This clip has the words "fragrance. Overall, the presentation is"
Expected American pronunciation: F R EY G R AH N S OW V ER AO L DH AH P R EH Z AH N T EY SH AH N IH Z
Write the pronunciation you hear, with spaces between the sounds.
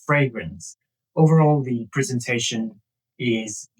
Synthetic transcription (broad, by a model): F R EY G R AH N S OW V ER AO L DH AH P R EH Z AH N T EY SH AH N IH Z